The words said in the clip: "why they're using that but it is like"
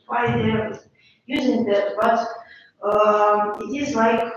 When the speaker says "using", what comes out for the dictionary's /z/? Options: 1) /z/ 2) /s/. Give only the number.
1